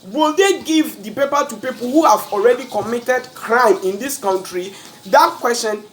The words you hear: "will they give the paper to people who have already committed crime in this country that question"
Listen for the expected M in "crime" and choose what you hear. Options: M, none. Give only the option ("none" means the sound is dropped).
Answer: M